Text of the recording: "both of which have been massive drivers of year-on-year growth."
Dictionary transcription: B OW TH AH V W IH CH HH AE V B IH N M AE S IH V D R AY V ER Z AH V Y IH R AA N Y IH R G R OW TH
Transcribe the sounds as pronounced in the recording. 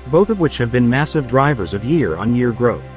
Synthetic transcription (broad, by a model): B OW TH AH V W IH CH HH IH V B IH N M AE S IH V D R AY V ER Z AH V Y IH R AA N Y IH R G R OW TH